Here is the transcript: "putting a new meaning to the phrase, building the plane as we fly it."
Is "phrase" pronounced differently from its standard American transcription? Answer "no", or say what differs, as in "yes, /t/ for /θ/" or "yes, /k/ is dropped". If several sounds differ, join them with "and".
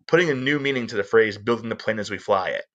no